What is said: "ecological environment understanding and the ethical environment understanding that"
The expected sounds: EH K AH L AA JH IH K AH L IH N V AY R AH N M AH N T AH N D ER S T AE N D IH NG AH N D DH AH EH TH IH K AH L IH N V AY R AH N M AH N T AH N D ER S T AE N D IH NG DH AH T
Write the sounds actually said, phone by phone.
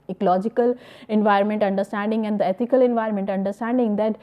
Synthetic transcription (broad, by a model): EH K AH L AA JH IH K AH L IH N V AY R AH N M AH N T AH N D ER S T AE N D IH NG AH N D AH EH T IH K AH L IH N V AY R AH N M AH N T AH N D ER S T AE N D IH NG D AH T